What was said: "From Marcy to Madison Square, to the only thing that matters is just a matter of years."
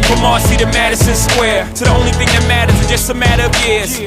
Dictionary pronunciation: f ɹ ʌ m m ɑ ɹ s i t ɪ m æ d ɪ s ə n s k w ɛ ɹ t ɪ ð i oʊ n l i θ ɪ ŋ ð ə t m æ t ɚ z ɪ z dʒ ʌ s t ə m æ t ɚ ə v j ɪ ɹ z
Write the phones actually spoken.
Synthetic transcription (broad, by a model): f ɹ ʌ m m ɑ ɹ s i t ɪ m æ d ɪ s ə n s k w ɛ ɹ t ɪ ð i oʊ n l i θ ɪ ŋ ð ə t m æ t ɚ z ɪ dʒ ʌ s t ə m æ t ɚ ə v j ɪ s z